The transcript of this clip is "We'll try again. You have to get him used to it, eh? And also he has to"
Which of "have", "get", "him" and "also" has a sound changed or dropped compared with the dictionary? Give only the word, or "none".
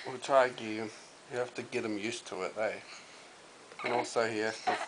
have